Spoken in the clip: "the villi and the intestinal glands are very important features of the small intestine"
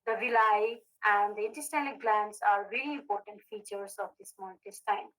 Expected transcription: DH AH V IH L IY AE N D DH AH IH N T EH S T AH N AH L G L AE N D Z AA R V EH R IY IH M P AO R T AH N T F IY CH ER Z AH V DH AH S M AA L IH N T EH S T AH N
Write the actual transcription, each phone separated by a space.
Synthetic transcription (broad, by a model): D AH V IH L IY AE N D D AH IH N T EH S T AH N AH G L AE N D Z AA R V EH L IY IH M P AO R T AH N T F IY CH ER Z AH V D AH S M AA N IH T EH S T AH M